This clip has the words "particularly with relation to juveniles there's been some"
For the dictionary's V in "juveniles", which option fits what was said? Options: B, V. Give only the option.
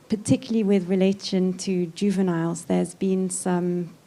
V